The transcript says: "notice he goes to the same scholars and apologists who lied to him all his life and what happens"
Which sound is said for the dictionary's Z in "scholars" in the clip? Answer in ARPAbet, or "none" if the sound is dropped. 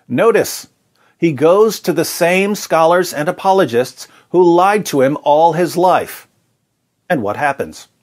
Z